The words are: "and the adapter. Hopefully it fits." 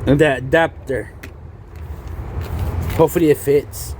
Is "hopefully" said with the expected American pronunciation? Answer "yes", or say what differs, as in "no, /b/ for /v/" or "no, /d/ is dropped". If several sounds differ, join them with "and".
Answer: no, /p/ is dropped